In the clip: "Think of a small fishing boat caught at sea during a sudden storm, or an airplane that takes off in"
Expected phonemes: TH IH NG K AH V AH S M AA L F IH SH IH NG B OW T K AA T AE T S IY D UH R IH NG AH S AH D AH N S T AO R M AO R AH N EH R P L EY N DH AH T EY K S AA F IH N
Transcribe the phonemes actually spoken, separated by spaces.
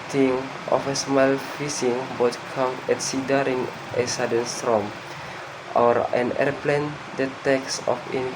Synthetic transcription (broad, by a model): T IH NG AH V AH S M AA L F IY S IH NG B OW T K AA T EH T S IY D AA R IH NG AH S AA D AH N S T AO M AO R AH N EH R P L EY N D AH T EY K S AA F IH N